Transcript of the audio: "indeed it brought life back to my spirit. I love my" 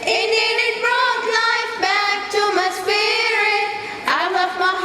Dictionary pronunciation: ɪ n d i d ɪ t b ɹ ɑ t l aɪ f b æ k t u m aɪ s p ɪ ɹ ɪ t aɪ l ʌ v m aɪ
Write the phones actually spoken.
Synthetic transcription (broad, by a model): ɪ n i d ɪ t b ɹ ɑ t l aɪ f b æ k t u m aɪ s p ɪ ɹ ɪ aɪ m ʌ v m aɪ